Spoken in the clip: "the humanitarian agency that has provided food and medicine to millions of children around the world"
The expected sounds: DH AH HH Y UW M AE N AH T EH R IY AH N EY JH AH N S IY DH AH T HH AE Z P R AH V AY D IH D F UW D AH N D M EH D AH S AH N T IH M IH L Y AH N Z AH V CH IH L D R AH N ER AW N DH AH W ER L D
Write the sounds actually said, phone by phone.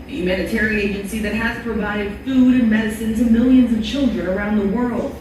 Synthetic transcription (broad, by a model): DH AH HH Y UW M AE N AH T EH R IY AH IH JH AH N S IY DH AH T HH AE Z P R AH V AY D IH D F UW D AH N M EH D AH S AH N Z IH M IH L Y AH N Z AH V CH IH L D R AH N ER AW N DH AH W ER L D